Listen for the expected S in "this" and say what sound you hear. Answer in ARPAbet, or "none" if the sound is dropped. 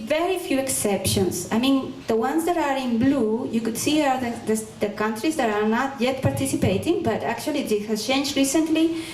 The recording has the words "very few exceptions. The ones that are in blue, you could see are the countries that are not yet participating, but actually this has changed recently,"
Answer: none